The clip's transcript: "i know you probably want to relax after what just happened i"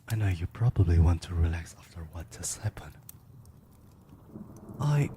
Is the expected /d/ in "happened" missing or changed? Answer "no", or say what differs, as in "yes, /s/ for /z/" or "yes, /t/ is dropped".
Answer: yes, /d/ is dropped